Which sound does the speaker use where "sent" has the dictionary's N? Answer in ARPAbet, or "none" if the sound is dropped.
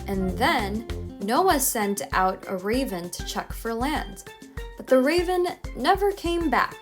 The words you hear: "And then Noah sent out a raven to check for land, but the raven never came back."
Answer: N